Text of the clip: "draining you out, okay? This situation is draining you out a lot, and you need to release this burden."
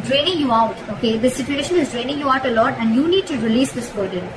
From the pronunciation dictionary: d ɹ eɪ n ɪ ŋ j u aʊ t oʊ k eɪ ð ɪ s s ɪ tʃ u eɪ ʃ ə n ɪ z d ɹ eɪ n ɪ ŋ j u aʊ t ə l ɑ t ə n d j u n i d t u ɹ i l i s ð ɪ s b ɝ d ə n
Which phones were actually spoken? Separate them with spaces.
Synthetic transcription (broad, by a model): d ɹ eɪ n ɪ ŋ j u aʊ t oʊ k eɪ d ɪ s s ɪ tʃ u eɪ ʃ ə n ɪ z d ɹ eɪ n ɪ ŋ j u aʊ t ə l ɑ t ə n d j u n i d t u ɹ i l i s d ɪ s b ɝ d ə n